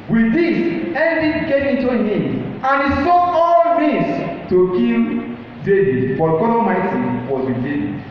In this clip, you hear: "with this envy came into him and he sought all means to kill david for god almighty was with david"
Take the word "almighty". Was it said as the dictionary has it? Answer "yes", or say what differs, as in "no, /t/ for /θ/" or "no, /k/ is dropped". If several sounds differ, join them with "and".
no, /l/ is dropped